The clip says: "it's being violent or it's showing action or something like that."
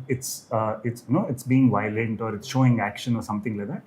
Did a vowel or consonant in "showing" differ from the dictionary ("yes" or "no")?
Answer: no